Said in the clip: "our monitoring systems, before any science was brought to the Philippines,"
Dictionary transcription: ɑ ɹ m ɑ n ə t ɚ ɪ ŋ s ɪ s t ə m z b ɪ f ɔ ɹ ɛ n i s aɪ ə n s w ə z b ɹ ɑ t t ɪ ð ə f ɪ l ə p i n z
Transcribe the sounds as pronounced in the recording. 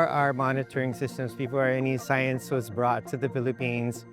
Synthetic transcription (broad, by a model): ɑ ɹ m ɑ n ə t ɚ ɪ ŋ s ɪ s t ə m z b ɪ f ɔ ɹ ɛ n i s aɪ ə n s w ə z b ɹ ɑ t t ɪ ð ə f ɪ l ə p i n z